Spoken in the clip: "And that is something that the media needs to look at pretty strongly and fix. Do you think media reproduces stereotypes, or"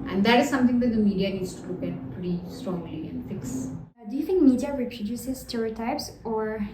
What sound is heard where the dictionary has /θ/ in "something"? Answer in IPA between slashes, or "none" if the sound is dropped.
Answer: /t/